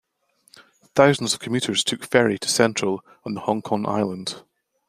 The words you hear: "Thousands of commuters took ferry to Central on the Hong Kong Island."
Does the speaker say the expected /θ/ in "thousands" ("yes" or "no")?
yes